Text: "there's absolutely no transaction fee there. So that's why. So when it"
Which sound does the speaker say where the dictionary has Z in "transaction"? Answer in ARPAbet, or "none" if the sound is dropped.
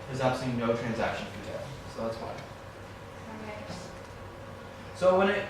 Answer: Z